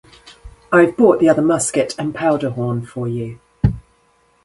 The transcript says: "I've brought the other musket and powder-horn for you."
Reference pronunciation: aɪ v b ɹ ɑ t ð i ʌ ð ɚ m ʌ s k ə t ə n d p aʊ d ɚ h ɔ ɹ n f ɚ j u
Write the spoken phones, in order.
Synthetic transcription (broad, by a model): aɪ v b ɑ t ð i ʌ ð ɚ m ʌ s k ə t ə n p aʊ d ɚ h ɔ n f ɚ j u